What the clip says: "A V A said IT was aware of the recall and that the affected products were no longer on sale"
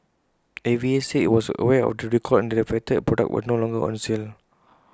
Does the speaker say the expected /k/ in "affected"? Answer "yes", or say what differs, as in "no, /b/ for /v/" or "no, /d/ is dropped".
no, /k/ is dropped